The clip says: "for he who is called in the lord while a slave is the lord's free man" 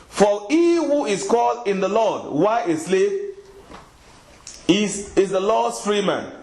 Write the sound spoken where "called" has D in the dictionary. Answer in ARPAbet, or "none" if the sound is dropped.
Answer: D